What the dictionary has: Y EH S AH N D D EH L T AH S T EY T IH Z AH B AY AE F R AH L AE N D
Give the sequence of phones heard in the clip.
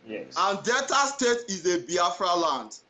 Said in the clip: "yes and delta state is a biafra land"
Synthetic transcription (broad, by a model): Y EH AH N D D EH T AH S T EY T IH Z AH B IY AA F R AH L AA N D